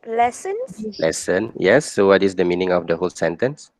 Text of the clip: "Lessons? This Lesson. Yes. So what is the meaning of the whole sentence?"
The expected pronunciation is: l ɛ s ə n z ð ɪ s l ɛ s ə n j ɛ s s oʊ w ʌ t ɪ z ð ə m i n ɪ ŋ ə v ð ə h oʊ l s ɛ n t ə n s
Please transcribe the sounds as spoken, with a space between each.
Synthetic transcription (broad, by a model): l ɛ s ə n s l ɛ s ə n j ɛ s s oʊ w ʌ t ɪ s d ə m i n ɪ ŋ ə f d ə h oʊ l s ɛ n t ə n s